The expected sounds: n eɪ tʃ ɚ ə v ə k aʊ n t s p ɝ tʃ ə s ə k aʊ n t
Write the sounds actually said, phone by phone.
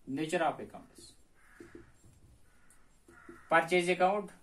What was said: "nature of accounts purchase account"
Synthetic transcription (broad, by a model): n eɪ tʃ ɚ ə p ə k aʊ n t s p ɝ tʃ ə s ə k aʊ n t